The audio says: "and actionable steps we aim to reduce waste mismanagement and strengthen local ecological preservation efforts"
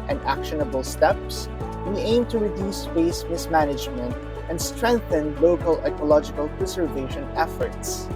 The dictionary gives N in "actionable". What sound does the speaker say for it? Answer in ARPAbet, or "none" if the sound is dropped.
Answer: N